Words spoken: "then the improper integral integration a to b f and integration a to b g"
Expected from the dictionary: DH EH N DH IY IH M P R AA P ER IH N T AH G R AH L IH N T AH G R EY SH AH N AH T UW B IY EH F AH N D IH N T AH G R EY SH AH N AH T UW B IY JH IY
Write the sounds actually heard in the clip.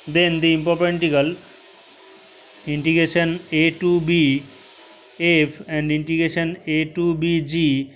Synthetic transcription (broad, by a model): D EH N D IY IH M P AA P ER N T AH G AH L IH N T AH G R EY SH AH N AH T UW B IY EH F AH N D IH N T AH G R EY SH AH N AH T UW B IY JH IY